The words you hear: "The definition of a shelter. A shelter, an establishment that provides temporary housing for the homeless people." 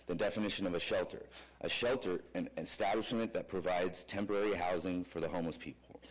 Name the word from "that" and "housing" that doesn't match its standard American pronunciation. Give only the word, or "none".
none